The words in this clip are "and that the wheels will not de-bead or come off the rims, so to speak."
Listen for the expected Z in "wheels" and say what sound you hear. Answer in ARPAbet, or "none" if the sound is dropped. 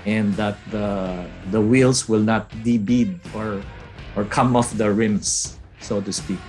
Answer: S